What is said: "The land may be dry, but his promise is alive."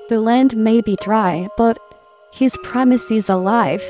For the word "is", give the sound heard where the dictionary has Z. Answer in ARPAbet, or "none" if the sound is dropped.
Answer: Z